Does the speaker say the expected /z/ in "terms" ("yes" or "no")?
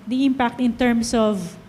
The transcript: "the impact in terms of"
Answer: no